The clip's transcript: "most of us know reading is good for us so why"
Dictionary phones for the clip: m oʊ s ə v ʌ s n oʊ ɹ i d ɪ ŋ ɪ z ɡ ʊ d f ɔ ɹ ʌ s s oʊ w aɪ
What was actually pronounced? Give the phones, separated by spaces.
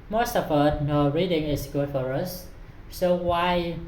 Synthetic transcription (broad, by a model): m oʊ s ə f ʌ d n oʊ ɹ i d ɪ ŋ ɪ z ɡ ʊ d f ɔ ɹ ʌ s s oʊ w aɪ